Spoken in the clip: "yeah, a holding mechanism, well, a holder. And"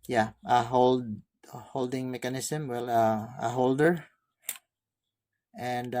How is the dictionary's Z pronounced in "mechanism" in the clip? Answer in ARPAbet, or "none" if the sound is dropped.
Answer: S